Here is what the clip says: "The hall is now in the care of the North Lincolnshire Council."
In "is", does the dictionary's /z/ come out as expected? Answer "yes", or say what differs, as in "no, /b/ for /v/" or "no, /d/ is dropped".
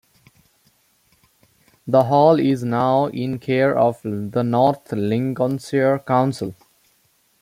yes